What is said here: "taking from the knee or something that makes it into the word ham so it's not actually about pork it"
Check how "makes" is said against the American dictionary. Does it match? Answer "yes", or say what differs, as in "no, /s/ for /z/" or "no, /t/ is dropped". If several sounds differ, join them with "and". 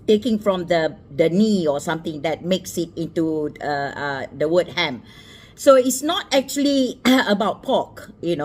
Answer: yes